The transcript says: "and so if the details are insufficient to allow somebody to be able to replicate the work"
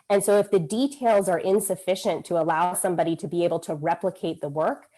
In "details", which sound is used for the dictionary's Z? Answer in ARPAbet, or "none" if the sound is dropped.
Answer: Z